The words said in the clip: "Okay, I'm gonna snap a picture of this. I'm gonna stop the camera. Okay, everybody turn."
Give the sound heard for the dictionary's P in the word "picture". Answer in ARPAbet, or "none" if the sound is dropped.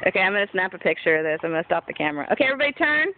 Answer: P